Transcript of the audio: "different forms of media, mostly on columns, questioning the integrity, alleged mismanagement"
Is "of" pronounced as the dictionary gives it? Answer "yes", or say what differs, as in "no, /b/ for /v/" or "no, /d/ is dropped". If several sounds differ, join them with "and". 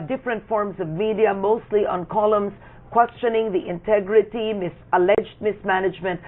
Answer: yes